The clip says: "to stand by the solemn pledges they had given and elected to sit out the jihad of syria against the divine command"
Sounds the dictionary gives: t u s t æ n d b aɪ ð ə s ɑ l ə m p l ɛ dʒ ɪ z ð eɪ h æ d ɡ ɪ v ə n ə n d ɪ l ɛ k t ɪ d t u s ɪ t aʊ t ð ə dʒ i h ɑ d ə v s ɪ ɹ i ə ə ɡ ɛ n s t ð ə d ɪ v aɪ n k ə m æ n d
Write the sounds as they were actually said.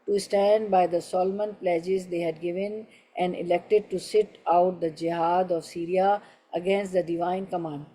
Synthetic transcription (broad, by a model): t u s t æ n d b aɪ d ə s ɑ l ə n p l ɛ dʒ ɪ z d eɪ h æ d ɡ ɪ v ə n ə n d ɪ l ɛ k t ɪ d t u s ɪ t aʊ t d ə dʒ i h ɑ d ə v s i ɹ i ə ə ɡ ɛ n s t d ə d ɪ v aɪ n k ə m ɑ n d